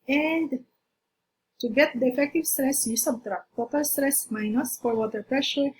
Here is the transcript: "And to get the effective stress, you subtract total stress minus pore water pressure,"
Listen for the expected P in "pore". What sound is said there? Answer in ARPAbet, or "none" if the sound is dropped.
F